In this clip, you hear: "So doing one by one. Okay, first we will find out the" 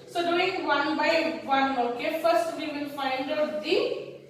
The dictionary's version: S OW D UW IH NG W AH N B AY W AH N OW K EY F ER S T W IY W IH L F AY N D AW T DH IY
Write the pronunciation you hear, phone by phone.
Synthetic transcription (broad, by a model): S OW D UW IH NG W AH N B AY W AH N OW K EY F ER S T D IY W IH N F AY N D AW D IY